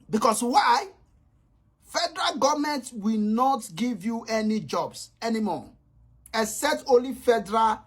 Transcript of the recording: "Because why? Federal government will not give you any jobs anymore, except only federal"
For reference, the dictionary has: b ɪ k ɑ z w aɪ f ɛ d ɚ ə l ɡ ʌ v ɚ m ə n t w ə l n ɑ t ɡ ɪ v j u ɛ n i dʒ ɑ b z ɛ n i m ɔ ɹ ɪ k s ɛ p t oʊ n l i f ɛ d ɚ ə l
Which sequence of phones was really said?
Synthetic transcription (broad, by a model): b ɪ k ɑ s w aɪ f ɛ d ɚ ə l ɡ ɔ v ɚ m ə n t w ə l n ɑ t ɡ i v j u ɛ n i dʒ ɑ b s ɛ n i m ɔ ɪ s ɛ t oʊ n l i f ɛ d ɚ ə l